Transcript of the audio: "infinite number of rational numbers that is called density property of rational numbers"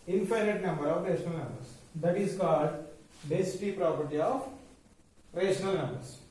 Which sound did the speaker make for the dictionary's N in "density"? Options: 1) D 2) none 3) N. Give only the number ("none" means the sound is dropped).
2